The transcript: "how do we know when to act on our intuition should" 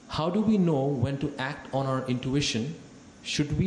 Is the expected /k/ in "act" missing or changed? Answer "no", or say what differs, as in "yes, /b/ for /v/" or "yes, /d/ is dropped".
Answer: no